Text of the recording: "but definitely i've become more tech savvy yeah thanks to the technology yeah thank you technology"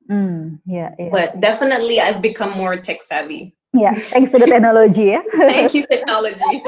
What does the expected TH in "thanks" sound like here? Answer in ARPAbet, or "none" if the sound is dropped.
T